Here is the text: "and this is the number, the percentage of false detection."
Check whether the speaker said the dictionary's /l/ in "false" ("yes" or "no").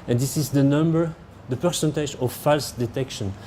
yes